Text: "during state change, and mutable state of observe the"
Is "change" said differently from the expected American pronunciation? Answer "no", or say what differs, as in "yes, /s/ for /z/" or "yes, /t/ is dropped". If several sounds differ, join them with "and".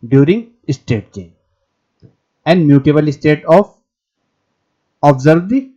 yes, /dʒ/ is dropped